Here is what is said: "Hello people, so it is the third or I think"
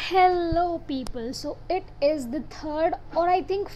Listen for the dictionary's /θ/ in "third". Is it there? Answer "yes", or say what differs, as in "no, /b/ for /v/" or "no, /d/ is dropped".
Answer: no, /t/ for /θ/